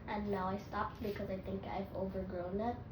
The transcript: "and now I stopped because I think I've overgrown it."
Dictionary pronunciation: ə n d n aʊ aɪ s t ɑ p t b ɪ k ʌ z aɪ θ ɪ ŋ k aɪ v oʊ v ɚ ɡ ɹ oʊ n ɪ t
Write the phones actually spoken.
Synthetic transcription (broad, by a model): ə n n aʊ aɪ s t ɑ p t b ɪ k ʌ z aɪ θ ɪ ŋ k aɪ v oʊ v ɚ ɡ ɹ oʊ n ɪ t